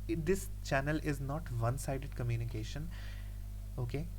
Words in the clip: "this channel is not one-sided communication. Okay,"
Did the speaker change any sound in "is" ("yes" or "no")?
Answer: no